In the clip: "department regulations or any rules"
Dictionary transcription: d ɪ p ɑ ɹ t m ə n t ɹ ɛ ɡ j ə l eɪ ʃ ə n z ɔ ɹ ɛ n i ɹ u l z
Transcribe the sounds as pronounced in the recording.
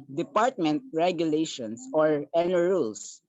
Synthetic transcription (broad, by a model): d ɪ p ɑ ɹ t m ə n t ɹ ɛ ɡ j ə l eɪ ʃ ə n s ɔ ɹ ɛ n i ɹ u l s